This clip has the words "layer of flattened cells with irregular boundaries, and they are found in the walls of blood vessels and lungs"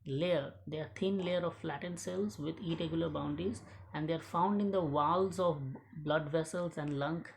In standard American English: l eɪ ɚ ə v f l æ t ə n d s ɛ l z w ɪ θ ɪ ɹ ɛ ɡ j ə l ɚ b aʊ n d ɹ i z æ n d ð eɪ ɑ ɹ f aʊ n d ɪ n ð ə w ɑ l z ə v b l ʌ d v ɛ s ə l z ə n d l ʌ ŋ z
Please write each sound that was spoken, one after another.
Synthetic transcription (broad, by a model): l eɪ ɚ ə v f l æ t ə n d s ɛ l z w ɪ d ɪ ɹ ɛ ɡ j l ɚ b aʊ n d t i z æ n d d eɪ ɑ ɹ f aʊ n d ɪ n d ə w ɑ l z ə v b l ʌ d v ɛ s ə l z ə n d l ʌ ŋ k